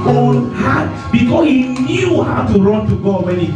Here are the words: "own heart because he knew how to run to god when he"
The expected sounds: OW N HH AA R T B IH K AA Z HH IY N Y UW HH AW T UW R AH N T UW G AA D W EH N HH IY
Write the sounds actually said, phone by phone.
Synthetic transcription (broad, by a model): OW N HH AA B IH K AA S HH IY N Y UW HH AW T UW R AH N T UW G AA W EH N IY